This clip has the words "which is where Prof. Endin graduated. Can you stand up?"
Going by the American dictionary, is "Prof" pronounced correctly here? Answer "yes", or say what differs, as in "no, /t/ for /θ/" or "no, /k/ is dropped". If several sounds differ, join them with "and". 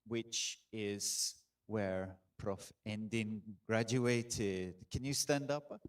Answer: yes